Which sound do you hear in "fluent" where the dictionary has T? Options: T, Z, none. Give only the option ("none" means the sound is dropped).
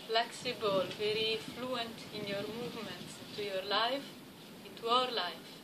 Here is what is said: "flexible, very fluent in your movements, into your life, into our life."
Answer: T